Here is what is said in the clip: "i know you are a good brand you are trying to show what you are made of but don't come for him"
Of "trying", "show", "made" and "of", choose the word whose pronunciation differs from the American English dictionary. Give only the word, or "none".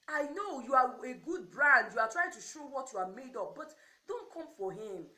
of